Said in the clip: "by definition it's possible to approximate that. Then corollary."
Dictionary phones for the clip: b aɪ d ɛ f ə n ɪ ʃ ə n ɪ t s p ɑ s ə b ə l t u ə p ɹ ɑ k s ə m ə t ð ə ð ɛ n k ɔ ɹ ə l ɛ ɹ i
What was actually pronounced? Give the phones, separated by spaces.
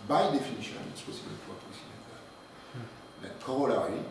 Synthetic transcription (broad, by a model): b aɪ d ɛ f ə n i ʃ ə n ɪ t s p ɑ s ə b ə l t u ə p i s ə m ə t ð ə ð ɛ k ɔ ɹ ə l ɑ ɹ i